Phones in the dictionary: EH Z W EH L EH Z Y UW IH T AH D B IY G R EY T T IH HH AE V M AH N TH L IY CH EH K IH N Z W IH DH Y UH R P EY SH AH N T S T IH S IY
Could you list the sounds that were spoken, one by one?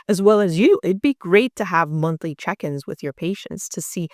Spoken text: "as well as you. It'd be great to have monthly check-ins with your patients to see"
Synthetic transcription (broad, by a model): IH Z W EH L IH Z Y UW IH T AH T B IY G R EY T T IH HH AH V M AH N TH L IY CH EH K IH N Z W IH DH Y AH R P EY SH AH N T S T IH S IY